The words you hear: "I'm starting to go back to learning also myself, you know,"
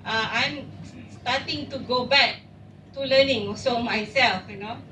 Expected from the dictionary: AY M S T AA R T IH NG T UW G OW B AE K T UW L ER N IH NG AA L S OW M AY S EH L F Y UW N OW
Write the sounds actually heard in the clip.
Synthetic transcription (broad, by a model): AY M S T AA T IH NG T UW G OW B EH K T UW L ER N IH NG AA S OW M AY S EH L F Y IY N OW